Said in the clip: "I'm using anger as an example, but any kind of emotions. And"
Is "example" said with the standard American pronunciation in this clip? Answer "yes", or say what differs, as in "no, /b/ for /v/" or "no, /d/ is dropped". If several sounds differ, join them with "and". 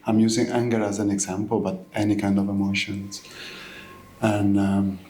yes